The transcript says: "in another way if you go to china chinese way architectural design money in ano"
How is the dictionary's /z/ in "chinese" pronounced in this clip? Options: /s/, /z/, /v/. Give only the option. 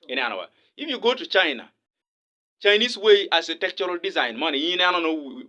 /s/